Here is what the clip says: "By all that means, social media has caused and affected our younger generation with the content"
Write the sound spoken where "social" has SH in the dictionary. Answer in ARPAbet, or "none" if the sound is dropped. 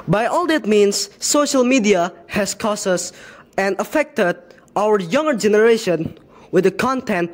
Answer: SH